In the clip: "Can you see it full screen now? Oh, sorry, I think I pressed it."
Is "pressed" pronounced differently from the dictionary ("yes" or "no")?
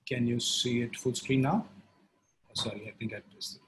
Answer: yes